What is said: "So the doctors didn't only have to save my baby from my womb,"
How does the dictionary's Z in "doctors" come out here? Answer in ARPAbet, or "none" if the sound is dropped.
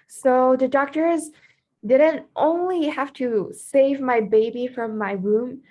Z